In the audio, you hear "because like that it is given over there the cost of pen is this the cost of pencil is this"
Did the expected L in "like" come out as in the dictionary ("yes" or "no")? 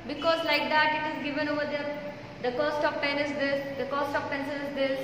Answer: yes